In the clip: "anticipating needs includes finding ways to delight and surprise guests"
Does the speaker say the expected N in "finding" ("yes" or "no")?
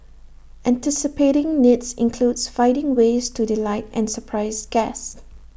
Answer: no